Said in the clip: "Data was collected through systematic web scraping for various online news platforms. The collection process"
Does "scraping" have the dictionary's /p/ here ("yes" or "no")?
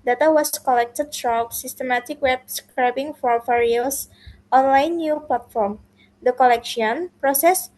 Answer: no